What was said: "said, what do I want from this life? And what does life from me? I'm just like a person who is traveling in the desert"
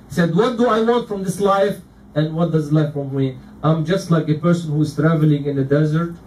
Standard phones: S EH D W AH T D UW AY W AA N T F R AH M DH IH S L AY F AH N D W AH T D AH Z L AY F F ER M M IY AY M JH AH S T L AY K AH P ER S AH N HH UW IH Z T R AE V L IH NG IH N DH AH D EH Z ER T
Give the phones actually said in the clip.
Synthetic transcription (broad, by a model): S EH D W AH T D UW AY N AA T F R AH M DH IH S L AY F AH N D W AH T D AH Z L AY F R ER M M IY AY M JH AH S T L AY K AH P ER S AH N HH UW IH Z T R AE V L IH NG IH N DH AH D EH Z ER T